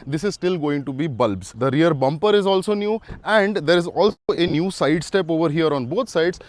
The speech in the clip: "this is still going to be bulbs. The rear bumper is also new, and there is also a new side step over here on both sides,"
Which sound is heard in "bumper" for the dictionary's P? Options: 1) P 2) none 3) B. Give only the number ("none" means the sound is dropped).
1